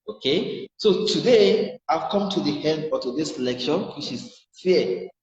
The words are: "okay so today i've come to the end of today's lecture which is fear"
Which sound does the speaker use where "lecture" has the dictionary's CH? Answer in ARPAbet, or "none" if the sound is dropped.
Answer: SH